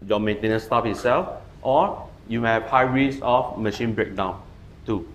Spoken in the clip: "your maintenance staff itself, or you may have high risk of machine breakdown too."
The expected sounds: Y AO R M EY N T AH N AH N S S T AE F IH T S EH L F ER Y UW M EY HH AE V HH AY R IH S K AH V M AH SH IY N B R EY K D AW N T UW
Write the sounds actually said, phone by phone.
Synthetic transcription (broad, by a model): Y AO M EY N T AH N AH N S S T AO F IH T S EH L F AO Y UW M EY HH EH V HH AY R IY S AH F M AH SH IY N B R EY K D AW N T UW